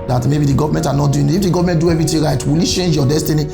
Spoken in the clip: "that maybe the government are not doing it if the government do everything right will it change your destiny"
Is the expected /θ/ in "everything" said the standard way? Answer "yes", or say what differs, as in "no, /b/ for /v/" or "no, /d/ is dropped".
no, /t/ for /θ/